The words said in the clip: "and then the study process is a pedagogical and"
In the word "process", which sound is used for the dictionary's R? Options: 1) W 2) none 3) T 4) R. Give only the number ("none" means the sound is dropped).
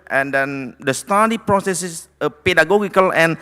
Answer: 4